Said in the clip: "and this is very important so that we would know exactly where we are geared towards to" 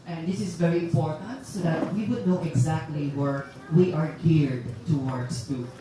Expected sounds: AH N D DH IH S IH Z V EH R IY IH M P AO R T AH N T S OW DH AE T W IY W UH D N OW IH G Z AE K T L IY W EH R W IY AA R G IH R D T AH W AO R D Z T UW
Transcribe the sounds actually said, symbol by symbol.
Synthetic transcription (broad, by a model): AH N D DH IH S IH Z V EH R IY IH M P AO R T AH N T S OW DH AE T W IY W UH D N OW IH G Z AE K T L IY W EH R W IY AA R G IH R D T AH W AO R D S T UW